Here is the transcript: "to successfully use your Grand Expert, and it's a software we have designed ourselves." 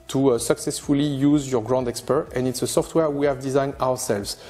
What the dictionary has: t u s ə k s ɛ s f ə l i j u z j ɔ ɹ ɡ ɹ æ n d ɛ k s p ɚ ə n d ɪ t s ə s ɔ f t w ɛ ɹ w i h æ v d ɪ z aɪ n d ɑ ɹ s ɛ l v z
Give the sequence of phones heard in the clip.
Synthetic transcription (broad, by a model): t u s ə k s ɛ s f ə l i j u z j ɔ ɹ ɡ ɹ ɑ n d ɛ k s p ɚ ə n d ɪ t s ə s ɔ f t w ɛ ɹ w i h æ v d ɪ z aɪ n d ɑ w s ɛ l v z